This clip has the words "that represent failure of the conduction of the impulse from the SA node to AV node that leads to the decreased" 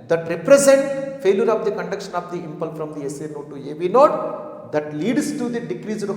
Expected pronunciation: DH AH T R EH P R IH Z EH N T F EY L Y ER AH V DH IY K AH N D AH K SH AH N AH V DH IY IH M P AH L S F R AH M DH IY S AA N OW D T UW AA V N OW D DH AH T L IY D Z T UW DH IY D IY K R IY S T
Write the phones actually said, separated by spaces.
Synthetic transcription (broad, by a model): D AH T R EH P R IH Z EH N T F EY L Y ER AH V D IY K AH N D AH K SH AH N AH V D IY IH M P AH L F R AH M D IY S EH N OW T UW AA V N OW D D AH T L IY D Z T UW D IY D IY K R IY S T